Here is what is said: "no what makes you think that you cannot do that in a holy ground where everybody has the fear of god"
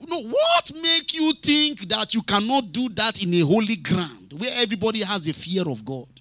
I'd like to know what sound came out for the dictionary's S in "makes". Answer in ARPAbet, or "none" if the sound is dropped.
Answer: none